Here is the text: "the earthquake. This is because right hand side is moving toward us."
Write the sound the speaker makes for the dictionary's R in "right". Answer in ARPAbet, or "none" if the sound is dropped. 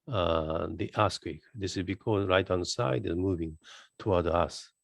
R